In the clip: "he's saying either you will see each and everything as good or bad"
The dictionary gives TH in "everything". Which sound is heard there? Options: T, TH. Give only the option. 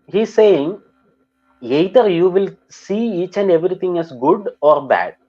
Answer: T